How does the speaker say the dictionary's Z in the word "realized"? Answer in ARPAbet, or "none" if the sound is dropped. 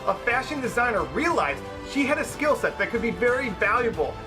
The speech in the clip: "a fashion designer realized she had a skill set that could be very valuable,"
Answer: Z